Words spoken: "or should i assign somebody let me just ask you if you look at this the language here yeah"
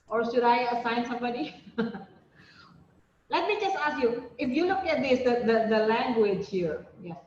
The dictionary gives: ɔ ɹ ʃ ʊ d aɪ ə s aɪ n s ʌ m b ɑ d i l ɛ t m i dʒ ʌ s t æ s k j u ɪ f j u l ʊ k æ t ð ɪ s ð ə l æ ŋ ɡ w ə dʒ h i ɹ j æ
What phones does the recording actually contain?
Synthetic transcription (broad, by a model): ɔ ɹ ʃ ʊ d aɪ ə s aɪ n s ʌ m b ɑ d i l ɛ t m i dʒ ʌ s t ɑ s k j u ɪ f j u l ʊ k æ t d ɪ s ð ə l æ ŋ ɡ w ə dʒ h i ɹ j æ